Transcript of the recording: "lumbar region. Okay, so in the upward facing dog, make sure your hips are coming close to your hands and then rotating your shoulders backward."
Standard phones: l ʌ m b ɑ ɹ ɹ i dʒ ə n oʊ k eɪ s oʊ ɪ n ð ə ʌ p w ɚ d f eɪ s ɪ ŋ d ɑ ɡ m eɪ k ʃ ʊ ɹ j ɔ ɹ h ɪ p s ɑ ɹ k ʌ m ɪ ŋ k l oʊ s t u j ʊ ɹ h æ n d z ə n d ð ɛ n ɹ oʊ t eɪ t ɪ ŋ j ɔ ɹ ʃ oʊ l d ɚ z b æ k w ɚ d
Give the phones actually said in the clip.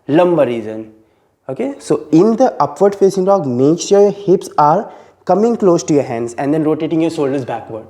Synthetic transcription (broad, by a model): l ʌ m b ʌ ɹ ɹ i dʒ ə n oʊ k eɪ s oʊ ɪ n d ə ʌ p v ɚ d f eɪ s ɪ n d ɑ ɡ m eɪ k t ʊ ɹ j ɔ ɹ h ɪ p s ɑ ɹ k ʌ m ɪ ŋ k l oʊ s t u j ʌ ɹ h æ n d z ə n d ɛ n ɹ oʊ t eɪ t ɪ ŋ j ɔ ɹ s oʊ l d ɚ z b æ k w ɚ d